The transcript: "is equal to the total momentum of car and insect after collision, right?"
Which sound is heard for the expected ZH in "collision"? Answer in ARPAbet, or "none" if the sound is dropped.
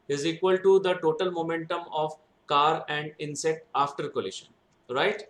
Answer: SH